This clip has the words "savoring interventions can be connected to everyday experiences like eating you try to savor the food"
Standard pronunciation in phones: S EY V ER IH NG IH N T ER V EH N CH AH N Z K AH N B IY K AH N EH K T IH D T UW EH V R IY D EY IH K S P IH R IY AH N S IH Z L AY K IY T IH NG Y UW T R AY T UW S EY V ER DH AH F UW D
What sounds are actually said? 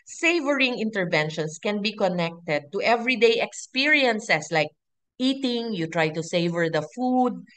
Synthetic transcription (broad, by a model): S EY V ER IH NG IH N T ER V EH N SH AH N S K AH N B IY K AH N EH K T IH D T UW EH V R IY D EY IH K S P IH R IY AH N S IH S L AY K IY T IH NG Y UW T R AY T UW S EY V ER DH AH F UW D